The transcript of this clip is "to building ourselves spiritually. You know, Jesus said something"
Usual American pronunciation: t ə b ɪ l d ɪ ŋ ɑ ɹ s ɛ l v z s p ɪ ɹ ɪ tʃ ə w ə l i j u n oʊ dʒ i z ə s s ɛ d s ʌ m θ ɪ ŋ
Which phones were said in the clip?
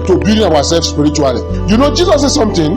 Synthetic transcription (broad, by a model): t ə b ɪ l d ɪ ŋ ɑ w s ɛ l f s p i ɹ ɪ tʃ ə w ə l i j u n oʊ dʒ i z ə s s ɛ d s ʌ m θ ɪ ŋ